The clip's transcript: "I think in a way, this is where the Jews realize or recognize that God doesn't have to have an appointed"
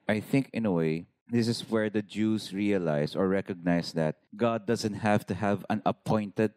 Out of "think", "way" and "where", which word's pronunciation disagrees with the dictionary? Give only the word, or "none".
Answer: none